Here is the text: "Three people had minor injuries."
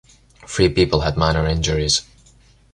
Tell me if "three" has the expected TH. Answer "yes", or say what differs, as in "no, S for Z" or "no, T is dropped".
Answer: no, F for TH